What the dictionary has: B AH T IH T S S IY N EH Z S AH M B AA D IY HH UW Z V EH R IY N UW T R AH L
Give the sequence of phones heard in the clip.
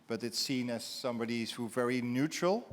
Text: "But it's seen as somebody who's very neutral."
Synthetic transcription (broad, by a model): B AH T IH T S S IY N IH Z S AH M B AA D IY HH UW V EH R IY N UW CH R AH L